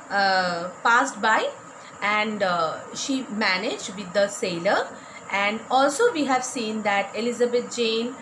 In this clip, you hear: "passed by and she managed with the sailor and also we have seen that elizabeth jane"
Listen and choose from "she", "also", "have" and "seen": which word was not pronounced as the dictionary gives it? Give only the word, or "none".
none